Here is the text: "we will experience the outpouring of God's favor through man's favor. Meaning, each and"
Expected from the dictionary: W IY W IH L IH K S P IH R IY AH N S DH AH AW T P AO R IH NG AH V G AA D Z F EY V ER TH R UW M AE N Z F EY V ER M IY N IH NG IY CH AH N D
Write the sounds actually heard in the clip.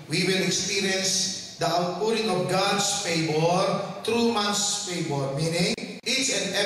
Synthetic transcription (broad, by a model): W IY W IH L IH K S P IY R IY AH N S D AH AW T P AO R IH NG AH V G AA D S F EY B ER T R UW M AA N S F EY B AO M IY N IH NG IY CH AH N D